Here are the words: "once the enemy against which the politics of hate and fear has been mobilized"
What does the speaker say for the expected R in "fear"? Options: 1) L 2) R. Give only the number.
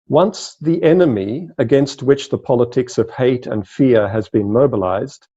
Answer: 2